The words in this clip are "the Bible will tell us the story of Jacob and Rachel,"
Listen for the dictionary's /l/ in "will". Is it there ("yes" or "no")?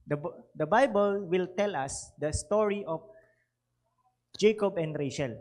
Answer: yes